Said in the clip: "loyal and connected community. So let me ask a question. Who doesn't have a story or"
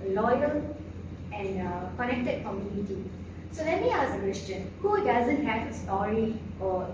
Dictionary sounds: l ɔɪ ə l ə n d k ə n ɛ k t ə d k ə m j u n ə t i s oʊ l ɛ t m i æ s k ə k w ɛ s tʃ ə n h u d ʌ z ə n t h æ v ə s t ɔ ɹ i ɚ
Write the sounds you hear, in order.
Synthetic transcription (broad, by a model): l ɔɪ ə l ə n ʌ k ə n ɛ k t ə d k ə m j u n ə t i s oʊ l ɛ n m i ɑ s ə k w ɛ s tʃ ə n h u d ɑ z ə n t h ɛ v ə s t ɔ ɹ i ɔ